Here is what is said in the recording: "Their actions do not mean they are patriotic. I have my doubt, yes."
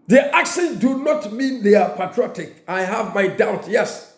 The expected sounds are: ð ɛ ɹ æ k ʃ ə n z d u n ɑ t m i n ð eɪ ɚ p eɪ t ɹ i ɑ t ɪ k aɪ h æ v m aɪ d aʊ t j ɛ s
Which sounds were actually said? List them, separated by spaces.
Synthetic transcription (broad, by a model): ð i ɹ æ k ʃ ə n d u n ɑ t m i n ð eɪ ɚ p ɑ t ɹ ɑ t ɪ k aɪ h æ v m aɪ d aʊ t j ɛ s